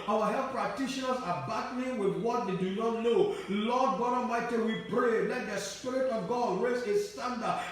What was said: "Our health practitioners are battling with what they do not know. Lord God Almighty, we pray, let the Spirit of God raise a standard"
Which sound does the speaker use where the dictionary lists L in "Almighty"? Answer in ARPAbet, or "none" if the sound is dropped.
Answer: none